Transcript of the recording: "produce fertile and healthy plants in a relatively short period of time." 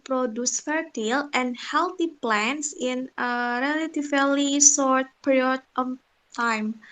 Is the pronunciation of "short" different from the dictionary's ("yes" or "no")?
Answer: yes